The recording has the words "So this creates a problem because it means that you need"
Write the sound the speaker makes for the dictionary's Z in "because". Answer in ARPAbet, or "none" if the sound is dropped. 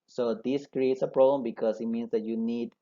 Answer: S